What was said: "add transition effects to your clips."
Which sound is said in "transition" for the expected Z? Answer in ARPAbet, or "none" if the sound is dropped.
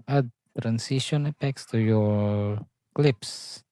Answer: S